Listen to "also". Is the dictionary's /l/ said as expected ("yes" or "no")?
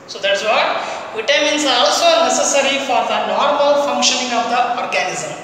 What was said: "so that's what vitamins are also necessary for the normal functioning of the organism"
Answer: yes